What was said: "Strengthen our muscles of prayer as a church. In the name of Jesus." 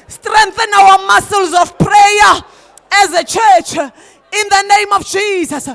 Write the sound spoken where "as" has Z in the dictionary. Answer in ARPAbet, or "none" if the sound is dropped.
Z